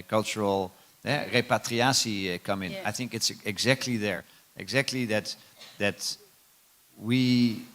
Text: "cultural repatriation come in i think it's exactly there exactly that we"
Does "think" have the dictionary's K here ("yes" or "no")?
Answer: yes